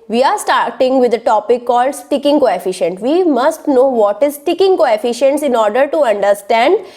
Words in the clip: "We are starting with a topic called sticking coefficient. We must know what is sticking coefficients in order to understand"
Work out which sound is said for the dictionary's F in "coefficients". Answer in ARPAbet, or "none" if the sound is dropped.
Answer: F